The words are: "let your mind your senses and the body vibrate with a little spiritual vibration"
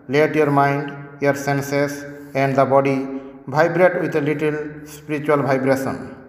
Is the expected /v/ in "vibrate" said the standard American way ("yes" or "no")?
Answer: no